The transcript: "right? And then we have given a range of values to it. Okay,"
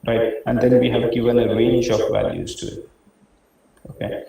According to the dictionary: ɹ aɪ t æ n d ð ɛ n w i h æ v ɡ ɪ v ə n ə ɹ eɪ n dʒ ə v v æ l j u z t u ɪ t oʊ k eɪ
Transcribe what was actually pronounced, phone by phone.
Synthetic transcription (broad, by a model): ɹ aɪ t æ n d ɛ n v i h æ v ɡ ɪ v ə n ə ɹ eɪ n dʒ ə p v æ l j u z t u ɪ t oʊ k eɪ